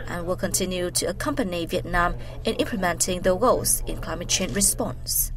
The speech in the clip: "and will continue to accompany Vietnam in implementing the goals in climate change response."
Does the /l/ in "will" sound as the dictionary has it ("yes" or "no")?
yes